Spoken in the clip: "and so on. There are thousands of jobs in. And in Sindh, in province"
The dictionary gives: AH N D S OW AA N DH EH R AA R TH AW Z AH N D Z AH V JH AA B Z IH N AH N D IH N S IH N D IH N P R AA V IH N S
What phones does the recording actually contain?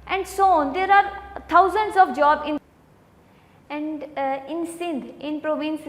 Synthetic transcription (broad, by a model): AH N D S OW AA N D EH R AA R T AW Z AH N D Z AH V JH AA B IH N AH N D IH N S IH N D IH N P R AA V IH N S